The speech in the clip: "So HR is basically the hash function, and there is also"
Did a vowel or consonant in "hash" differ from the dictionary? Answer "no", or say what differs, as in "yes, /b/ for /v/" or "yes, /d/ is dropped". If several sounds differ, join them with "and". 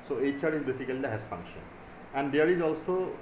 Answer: yes, /s/ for /ʃ/